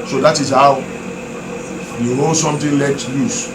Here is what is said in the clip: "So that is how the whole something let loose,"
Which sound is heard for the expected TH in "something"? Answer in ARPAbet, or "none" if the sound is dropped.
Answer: T